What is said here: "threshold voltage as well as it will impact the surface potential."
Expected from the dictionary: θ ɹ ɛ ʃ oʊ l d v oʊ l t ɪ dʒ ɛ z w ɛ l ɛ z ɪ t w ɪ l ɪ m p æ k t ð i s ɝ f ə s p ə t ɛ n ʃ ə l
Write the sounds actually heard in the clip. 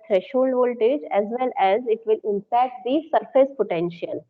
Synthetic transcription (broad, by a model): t ɹ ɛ ʃ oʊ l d v oʊ l t ɪ dʒ ɛ z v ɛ l ɛ z ɪ t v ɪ l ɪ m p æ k t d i s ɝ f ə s p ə t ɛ n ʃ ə l